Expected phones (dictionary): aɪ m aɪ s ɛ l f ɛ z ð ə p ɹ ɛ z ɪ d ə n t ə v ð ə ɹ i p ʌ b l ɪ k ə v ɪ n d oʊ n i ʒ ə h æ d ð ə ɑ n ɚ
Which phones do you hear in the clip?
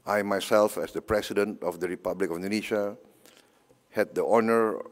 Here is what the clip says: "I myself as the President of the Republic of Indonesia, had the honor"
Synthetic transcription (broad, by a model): aɪ m aɪ s ɛ l f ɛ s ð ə p ɹ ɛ s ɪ d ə n t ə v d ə ɹ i p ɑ b l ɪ k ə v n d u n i ʃ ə h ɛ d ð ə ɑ n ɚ